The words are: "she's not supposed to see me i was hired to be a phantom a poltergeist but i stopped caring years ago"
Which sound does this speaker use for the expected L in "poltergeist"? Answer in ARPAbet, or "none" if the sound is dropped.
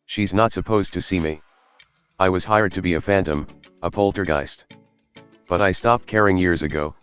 L